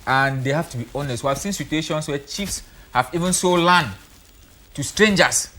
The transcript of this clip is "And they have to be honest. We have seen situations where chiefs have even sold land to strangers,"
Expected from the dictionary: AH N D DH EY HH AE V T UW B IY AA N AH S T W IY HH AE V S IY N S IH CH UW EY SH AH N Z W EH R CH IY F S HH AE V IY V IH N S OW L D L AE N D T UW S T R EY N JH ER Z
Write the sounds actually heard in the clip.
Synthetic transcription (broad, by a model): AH N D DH EY HH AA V T UW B IY AA N AH S T W IY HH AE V S IY N S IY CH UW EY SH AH N S W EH CH IY F S HH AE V IY V IH N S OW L L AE N T UW S T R EY N JH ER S